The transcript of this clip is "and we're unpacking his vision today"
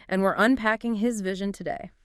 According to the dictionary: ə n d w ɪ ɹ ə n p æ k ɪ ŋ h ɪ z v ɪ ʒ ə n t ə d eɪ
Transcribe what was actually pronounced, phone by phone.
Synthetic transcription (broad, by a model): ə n w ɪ ɹ ə n p æ k ɪ ŋ ɪ z v ɪ ʒ ə n t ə d eɪ